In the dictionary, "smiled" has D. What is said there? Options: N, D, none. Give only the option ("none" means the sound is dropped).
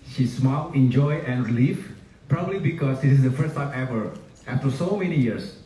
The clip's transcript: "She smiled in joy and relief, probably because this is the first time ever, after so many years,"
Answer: none